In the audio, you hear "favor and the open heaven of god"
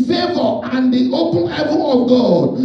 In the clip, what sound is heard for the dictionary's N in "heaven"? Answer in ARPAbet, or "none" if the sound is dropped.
none